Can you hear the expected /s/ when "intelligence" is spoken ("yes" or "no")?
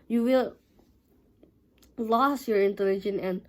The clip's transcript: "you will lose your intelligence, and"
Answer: no